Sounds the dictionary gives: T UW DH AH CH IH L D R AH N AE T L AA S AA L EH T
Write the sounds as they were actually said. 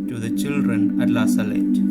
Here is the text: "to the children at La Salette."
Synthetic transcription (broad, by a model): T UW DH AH CH IH L D R AH N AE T L AA S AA L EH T